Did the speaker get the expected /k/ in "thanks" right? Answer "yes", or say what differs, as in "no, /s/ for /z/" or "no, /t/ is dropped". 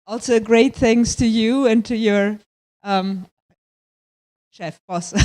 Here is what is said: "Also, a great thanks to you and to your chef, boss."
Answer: no, /k/ is dropped